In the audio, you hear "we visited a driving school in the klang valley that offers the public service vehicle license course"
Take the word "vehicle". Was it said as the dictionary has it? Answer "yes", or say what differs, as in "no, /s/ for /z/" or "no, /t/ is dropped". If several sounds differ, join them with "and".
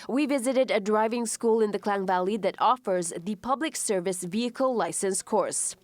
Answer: yes